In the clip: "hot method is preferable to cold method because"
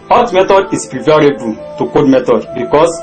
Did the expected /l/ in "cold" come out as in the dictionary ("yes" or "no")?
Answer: no